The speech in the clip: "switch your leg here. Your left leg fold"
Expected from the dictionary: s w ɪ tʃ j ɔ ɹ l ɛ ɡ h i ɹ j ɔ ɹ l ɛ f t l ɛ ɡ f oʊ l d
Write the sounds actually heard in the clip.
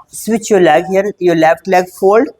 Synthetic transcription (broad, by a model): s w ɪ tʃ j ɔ l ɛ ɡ h i ɹ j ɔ l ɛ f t l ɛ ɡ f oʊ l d